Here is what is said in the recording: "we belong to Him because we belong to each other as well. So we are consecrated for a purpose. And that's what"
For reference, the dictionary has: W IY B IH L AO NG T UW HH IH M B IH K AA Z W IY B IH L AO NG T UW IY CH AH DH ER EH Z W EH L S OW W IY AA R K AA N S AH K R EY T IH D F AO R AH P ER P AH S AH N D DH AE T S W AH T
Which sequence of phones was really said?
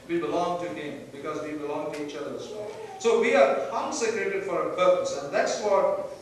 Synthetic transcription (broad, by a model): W IY B IH L AO NG T UW HH IH M B IH K AA Z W IY B IH L AO NG T UW IY CH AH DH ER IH S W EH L S OW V IY AA R K AA N S AH K R EY T IH D F AO R AH P ER P AH S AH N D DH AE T S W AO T